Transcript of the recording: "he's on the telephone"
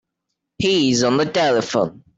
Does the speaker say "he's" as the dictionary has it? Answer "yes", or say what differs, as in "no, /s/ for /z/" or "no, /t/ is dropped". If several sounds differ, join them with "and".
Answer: yes